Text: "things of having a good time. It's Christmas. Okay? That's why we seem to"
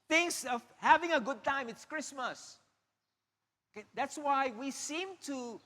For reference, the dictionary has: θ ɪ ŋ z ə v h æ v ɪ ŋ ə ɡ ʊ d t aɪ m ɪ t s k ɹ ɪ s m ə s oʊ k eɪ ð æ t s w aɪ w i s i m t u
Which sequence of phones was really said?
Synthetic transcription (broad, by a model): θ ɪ ŋ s ə v h æ v ɪ ŋ ə ɡ ʊ d t aɪ m ɪ t s k ɹ ɪ s m ə s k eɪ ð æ t s w aɪ w i s i m t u